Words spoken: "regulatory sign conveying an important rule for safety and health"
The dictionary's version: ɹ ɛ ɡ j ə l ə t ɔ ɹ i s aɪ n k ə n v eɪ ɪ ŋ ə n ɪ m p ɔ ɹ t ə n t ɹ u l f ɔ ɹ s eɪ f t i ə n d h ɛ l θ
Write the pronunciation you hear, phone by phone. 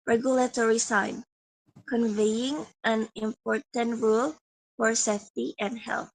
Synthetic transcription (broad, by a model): ɹ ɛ ɡ j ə l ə t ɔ ɹ i s aɪ n k ə n v eɪ ɪ ŋ ə n ɪ m p ɔ ɹ t ə n t ɹ u l f ɔ ɹ s eɪ f t i ə n d h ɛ l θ